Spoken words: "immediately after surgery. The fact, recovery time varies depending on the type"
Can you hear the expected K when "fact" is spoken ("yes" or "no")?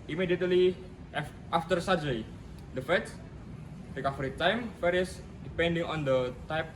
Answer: no